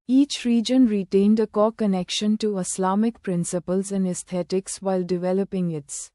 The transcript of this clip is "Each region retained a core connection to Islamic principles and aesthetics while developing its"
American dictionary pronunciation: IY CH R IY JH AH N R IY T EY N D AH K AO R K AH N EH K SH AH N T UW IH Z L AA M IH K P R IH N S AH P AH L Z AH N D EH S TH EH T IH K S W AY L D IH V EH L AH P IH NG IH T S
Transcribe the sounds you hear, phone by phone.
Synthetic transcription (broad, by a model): IY CH R IY JH AH N R IY T EY N D AH K AO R K AH N EH K SH AH N T UW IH S L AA M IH K P R IH N S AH P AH L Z AH N D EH S T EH T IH K S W AY L D IH V EH L AH P IH NG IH T S